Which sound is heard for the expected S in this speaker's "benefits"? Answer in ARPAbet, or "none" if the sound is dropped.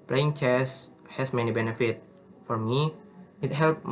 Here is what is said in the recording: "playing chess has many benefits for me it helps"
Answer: none